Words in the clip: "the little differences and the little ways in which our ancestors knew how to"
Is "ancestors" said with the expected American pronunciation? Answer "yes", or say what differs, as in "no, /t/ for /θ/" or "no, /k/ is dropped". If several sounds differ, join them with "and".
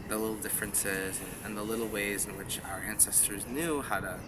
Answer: yes